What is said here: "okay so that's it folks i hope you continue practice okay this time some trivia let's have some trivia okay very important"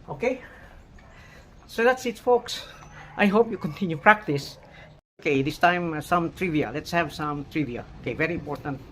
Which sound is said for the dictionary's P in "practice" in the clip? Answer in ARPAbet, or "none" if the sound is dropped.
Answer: P